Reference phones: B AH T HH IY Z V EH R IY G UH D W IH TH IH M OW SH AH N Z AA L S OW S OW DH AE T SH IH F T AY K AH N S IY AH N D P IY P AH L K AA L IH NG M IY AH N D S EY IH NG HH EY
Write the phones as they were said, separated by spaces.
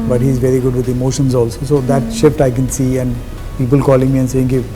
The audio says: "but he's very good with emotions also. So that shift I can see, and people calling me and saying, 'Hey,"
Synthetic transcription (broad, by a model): B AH T HH IY Z V EH R IY G UH D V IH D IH M OW SH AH N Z AA L S OW S OW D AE T SH IH F T AY K AH N S IY AH N D P IY P AH L K AA L IH NG M IY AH N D S EY IH NG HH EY